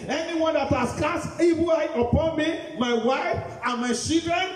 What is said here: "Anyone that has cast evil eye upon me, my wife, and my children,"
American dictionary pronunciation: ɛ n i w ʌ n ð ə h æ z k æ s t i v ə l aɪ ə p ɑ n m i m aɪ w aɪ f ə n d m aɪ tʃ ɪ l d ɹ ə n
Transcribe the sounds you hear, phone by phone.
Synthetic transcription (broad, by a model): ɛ n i w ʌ n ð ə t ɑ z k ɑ s i b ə aɪ ə p ɑ n m i m aɪ w aɪ f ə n m aɪ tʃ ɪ l d ɹ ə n